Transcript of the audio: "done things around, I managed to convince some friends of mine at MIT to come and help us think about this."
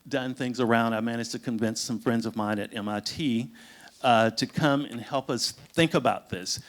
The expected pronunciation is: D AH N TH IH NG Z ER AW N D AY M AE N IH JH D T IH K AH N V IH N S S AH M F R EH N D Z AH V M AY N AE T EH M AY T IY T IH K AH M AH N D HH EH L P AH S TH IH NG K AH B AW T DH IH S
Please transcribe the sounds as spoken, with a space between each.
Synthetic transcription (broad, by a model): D AH N TH IH NG Z ER AW N D AY M AE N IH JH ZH T IH K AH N V IH N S S AH M F R EH N D Z AH V M AY N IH T EH M AY T IY T IH K AH M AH N HH EH L P AH S TH IH NG K AH B AW T DH IH S